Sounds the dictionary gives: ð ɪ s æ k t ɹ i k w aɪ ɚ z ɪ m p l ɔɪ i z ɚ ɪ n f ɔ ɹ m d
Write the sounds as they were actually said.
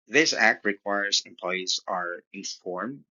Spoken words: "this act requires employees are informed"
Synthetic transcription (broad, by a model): ð ɪ s æ k t ɹ i k w aɪ ɚ z ɪ m p l ɔɪ i z ɚ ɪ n f ɔ ɹ m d